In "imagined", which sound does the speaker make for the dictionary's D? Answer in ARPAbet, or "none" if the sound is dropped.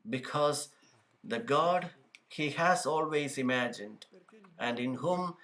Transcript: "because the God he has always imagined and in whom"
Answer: D